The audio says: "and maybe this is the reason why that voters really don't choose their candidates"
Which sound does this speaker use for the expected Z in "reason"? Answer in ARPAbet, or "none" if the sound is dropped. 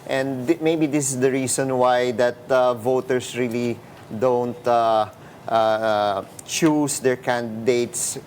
S